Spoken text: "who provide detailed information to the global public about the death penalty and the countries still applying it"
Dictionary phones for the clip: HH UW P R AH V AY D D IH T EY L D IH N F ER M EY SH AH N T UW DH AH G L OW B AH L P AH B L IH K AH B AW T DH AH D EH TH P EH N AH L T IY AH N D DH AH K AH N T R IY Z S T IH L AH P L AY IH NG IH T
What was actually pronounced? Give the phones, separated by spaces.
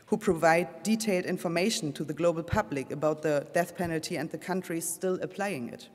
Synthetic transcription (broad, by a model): HH UW P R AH V AY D D IH T EY L D IH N F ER M EY SH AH N T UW DH AH G L OW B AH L P AH B L IH K AH B AW T DH AH D EH TH P EH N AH L T IY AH N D DH AH K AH N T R IY S T IH L AH P L AY IH NG IH T